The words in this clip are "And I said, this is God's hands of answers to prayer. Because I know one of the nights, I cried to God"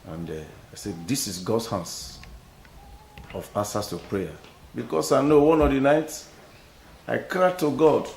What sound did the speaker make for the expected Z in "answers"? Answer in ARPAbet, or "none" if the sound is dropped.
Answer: S